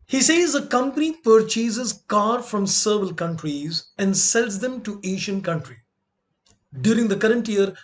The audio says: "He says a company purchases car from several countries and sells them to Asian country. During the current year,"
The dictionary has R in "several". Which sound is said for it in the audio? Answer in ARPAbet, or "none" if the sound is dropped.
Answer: none